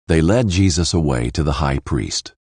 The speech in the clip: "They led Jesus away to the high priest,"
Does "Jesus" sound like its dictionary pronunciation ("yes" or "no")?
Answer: yes